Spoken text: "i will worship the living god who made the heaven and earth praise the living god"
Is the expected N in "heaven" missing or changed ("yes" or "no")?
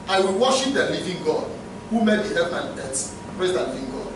yes